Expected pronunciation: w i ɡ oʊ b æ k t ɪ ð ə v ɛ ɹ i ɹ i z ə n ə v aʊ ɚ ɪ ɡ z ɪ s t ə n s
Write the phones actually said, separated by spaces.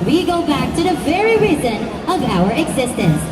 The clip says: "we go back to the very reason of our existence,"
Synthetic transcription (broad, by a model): w i ɡ oʊ b æ k t ɪ ð ə v ɛ ɹ i ɹ i z ə n ə v aʊ ɚ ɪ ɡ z ɪ s t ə n s